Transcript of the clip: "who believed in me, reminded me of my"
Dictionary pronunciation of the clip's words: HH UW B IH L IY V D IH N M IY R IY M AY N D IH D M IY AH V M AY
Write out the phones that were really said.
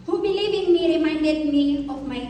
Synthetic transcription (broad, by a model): HH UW B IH L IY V IH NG M IY R IY M AY N D IH D M IY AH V M AY